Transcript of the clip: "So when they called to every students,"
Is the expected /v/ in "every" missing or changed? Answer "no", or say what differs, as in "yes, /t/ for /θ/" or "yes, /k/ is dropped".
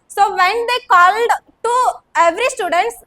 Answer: no